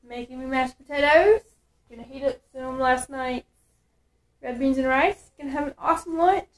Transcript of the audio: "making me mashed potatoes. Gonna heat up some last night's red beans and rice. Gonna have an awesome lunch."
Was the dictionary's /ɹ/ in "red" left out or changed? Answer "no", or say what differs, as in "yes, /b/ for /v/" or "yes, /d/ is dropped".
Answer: no